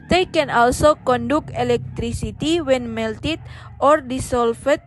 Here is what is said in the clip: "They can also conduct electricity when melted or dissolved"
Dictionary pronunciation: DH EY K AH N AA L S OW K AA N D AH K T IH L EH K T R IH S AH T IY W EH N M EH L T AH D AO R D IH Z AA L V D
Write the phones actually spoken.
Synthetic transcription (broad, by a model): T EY K AH N AA L S OW K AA N D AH K IH L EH K T R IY S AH T IY W EH N M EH L T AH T AO R D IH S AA L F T